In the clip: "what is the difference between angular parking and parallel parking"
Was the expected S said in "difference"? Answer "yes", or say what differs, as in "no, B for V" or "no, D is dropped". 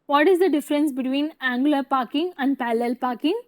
yes